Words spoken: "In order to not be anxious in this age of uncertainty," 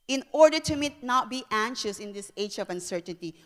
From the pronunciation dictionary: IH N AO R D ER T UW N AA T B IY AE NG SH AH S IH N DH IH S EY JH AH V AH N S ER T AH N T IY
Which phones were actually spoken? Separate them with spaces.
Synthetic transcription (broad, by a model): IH N AO R D ER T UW N AA T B IY AE NG SH AH S IH N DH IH S EY JH AH V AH N S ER T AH N T IY